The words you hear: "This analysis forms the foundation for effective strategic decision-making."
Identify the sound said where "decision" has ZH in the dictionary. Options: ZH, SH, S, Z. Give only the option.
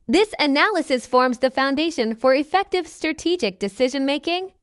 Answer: ZH